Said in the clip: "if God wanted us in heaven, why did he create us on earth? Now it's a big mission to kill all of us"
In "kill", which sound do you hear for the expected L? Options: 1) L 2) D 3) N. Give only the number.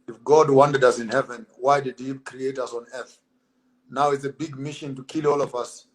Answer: 1